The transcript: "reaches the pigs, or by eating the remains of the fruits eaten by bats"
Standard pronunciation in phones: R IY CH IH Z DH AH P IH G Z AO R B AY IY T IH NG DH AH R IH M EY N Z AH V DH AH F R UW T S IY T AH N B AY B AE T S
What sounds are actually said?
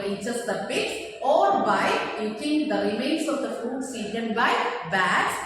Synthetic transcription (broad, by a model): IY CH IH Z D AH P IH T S AO R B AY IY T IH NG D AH R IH M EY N S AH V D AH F UW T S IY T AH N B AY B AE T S